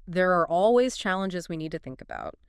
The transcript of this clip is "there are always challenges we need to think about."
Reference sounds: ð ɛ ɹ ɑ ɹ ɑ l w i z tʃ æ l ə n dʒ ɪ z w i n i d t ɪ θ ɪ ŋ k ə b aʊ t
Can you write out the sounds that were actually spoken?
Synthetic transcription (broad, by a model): ð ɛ ɹ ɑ ɹ ɑ l w i z tʃ æ l ə n dʒ ɪ z w i n i d t ɪ θ ɪ ŋ k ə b aʊ t